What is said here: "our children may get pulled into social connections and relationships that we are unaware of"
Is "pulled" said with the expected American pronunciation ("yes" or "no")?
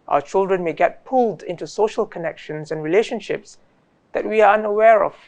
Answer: yes